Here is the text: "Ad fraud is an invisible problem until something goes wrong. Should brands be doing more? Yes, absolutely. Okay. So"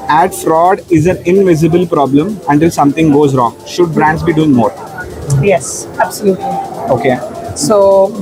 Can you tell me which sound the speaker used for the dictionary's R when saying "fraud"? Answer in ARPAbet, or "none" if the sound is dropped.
R